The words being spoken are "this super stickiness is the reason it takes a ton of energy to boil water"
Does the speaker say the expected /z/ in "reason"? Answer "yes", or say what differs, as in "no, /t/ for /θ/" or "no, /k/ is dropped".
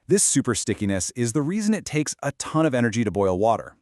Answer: yes